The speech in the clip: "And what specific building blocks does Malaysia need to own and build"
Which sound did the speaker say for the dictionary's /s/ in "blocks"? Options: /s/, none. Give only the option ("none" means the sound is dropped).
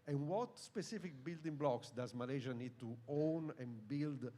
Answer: /s/